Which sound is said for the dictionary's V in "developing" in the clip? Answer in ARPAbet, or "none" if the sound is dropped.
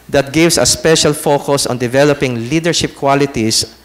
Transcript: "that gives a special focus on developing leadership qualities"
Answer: V